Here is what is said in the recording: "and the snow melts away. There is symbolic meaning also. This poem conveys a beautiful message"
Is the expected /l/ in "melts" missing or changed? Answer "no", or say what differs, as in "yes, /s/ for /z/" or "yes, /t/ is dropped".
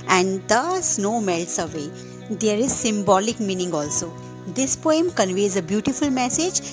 no